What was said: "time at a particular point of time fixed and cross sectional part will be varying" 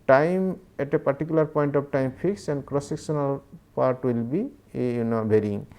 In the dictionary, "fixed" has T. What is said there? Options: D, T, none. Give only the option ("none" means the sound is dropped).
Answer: none